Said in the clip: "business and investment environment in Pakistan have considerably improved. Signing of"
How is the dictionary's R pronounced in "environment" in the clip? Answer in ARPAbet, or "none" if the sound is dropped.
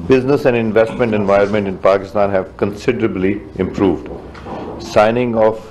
none